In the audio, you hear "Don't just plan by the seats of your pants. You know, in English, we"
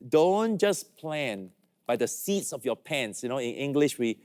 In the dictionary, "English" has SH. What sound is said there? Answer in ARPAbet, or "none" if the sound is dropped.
SH